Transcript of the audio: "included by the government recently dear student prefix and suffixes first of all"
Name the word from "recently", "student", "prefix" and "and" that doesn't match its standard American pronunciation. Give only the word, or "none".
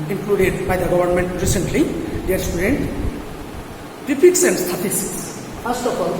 prefix